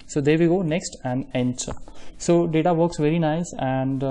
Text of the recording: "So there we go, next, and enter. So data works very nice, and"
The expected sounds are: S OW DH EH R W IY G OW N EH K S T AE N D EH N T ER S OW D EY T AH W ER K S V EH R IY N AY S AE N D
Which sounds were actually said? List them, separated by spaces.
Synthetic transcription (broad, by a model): S OW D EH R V IY G OW N EH K S T AE N D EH N S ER S OW D EY T AH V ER K S V EH R IY N AY S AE N D